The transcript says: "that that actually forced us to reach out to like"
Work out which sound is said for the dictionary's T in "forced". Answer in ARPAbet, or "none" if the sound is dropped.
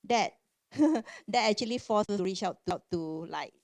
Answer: none